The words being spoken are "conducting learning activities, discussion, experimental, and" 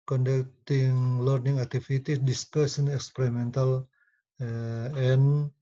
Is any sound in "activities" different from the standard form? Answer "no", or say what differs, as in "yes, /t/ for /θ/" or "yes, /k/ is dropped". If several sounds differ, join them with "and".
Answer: yes, /z/ is dropped